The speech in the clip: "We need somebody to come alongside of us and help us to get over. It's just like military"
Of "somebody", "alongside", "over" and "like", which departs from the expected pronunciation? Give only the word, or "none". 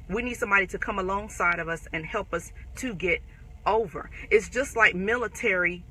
none